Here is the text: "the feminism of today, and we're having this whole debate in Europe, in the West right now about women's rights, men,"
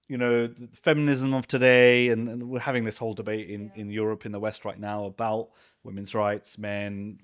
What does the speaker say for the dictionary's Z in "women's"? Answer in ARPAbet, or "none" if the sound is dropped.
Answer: Z